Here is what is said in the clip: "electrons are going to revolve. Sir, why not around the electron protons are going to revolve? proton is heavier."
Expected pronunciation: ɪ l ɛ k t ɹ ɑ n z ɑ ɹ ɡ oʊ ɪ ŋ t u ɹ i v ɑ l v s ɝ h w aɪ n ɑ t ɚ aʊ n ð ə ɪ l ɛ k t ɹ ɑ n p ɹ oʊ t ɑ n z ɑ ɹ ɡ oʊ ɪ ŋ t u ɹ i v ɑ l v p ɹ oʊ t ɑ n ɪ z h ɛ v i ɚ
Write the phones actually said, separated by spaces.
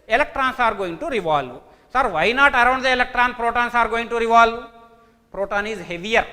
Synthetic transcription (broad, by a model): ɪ l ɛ k t ɹ ɑ n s ɑ ɹ ɡ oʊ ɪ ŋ t u ɹ i v ɑ l v s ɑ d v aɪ n ɑ t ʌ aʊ n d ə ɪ l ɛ k t ɹ ɑ n p ɹ oʊ t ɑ n s ɑ ɹ ɡ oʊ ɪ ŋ t u ɹ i v ɑ l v p ɹ oʊ t ɑ n ɪ z h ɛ v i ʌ